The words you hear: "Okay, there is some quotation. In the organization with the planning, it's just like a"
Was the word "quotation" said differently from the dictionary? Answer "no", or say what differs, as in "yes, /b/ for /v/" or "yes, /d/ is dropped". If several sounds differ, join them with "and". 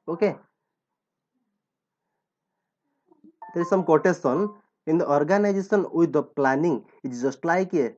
yes, /s/ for /ʃ/